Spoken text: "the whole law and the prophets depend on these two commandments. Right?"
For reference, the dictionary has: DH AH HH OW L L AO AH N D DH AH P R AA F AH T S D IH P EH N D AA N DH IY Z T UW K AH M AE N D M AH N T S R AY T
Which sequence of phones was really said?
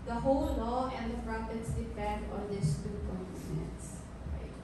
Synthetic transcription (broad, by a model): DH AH HH OW L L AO AH N D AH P R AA P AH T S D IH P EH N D AA N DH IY S T UW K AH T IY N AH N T S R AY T